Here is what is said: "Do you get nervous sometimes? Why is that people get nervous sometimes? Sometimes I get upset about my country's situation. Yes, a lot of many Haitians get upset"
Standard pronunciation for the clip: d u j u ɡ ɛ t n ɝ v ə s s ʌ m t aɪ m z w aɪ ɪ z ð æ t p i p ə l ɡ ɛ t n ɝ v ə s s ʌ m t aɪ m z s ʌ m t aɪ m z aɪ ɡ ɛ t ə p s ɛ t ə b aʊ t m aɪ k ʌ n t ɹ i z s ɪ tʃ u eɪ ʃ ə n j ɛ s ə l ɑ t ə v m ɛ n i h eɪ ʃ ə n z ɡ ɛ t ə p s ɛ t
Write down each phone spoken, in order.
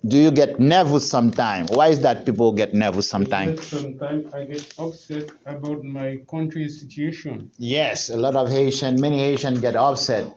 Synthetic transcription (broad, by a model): d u j u ɡ ɛ t n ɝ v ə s s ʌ m t aɪ m w aɪ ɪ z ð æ t p i p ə l ɡ ɛ t n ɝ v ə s s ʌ m t aɪ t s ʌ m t aɪ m aɪ ɡ ɛ t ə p s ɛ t ə b aʊ t m aɪ k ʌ n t ɹ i s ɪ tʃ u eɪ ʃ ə n j ɛ s ə l ɑ t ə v m ɛ n i h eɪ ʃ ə n ɡ ɛ t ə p s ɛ t